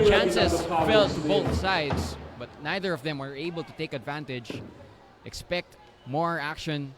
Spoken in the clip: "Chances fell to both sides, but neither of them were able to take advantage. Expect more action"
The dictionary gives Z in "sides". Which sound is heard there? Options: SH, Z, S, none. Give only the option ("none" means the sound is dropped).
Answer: S